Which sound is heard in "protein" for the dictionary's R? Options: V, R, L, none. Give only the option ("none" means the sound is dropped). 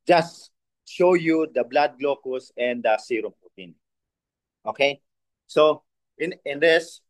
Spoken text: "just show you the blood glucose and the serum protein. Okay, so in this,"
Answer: none